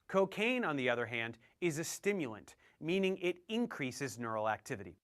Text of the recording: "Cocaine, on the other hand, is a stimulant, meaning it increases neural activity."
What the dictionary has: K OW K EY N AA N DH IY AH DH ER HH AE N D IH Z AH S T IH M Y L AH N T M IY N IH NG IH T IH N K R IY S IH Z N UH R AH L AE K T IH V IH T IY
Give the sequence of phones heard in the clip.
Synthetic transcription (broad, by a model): K OW K EY N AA N DH IY AH DH ER HH AE N D IH Z AH S T IH M Y L AH N T M IY N IH NG IH T IH N K R IY S IH Z N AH R L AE K T IH V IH T IY